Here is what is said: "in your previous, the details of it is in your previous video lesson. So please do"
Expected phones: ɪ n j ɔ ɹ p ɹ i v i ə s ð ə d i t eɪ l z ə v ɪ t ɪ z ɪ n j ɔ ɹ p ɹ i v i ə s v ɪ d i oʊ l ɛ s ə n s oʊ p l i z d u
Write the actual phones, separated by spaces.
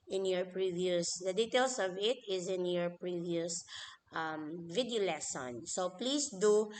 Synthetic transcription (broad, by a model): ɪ n j ɔ ɹ p ɹ i v i ə s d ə d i t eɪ l s ə v ɪ t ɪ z ɪ n j ɔ ɹ p ɹ i v i ə s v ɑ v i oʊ l ɛ s ə n s oʊ p l i s d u